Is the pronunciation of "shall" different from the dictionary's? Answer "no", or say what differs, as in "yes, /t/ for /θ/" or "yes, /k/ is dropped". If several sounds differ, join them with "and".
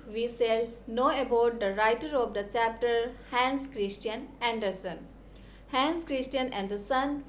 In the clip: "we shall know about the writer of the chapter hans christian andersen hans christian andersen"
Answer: yes, /s/ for /ʃ/